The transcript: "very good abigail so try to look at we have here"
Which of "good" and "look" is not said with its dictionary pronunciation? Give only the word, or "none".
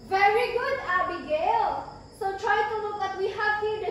look